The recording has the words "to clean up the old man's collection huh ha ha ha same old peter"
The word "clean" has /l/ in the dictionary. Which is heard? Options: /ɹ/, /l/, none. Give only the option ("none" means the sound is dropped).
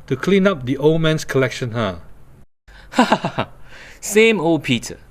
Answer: /l/